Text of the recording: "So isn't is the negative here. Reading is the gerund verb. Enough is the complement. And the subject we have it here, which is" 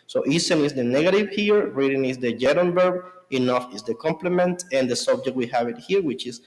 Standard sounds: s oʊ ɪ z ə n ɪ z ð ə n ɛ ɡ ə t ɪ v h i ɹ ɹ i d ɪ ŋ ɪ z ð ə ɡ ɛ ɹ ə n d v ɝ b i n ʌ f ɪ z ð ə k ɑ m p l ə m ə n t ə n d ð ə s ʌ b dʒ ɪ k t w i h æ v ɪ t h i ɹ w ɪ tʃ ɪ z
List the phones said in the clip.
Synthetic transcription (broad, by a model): s oʊ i s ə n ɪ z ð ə n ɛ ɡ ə t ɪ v h i ɹ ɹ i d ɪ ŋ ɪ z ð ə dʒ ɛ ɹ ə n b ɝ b i n ʌ f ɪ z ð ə k ɑ m p l ə m ə n t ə n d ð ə s ʌ b dʒ ɪ k t w i h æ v ɪ t h i ɹ w ɪ tʃ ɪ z